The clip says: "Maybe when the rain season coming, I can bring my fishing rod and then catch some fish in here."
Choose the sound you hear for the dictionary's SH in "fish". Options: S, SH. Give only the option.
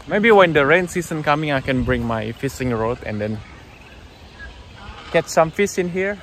S